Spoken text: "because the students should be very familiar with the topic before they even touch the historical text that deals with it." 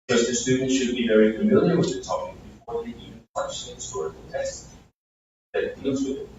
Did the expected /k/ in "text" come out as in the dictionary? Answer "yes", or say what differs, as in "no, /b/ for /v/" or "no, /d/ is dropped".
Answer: no, /k/ is dropped